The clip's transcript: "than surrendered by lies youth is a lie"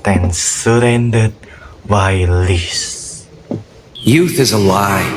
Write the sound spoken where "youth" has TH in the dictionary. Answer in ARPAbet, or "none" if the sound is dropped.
TH